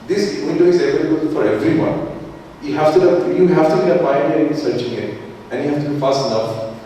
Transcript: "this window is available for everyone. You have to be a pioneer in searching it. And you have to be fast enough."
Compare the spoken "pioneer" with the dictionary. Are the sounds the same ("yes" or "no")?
no